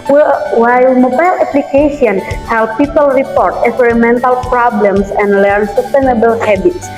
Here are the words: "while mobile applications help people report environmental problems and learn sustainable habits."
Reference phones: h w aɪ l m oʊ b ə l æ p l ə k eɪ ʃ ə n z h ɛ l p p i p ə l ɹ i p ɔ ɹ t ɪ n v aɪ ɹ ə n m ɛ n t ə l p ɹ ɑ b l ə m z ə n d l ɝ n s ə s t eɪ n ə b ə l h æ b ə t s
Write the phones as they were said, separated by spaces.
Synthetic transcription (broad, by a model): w w aɪ l m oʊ b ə l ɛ p l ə k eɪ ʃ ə n h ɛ l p p i p ə l ɹ i p ɔ ɹ t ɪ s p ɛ ɹ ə m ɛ n t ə l p ɹ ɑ b l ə m s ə n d l ɝ n s ə s t eɪ n ə b ə l h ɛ b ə t s